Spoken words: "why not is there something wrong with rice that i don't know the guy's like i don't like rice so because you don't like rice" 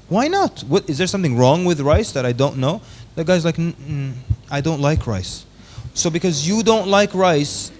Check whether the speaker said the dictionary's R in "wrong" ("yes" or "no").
yes